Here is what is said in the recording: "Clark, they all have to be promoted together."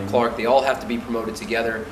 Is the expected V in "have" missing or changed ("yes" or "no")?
yes